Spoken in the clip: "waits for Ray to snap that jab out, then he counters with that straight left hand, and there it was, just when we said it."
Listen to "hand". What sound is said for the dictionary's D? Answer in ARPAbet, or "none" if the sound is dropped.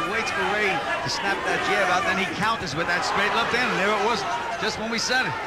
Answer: none